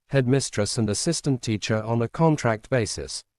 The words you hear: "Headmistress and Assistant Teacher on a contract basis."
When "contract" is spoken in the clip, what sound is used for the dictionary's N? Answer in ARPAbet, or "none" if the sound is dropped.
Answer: N